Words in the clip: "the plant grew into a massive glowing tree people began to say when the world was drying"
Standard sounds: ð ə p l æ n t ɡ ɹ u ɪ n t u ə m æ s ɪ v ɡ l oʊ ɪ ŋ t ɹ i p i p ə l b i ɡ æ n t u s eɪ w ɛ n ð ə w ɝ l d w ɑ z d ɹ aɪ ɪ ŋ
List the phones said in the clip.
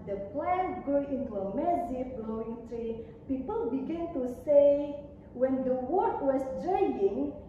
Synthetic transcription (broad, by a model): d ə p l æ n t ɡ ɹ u ɪ n t u ə m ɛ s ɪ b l oʊ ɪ ŋ t ɹ i p i p ə l b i ɡ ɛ n t u s eɪ w ɛ n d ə w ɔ d w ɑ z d ɹ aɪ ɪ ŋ